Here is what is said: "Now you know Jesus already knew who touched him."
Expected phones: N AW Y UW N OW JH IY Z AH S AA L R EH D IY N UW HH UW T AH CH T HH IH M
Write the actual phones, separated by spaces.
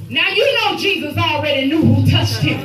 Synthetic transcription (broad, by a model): N AW Y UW N OW JH IY Z AH S AA L R EH D IY N UW HH UW T AH CH T HH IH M